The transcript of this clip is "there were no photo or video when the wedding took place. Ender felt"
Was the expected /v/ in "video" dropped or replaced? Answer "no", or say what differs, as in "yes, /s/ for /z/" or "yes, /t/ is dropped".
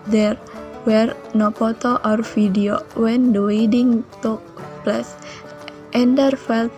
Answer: yes, /f/ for /v/